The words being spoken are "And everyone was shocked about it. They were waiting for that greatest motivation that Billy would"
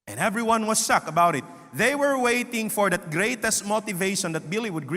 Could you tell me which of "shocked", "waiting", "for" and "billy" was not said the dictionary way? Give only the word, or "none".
shocked